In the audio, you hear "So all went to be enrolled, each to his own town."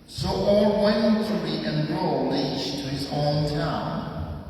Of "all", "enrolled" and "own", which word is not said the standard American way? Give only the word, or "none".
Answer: enrolled